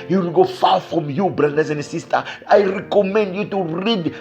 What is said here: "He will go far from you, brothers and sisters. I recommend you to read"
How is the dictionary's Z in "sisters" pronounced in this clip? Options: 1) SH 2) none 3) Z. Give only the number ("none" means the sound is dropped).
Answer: 2